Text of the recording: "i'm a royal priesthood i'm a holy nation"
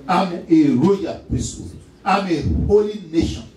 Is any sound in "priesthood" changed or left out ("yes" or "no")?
yes